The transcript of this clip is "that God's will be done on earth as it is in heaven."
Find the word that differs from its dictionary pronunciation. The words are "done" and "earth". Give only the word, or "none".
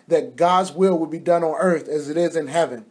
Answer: none